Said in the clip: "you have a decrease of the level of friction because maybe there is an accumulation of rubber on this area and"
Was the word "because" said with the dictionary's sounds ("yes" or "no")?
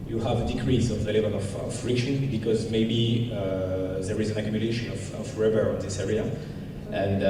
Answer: yes